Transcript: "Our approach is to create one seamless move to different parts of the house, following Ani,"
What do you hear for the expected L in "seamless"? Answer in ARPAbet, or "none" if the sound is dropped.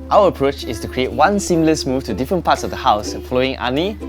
L